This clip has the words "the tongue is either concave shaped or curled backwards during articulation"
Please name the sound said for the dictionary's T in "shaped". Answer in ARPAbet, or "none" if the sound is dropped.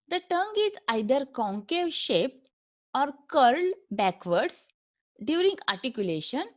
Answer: T